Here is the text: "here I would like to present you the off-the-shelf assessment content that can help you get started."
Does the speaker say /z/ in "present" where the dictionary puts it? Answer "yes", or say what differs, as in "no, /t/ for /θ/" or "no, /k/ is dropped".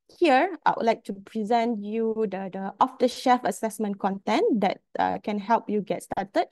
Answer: yes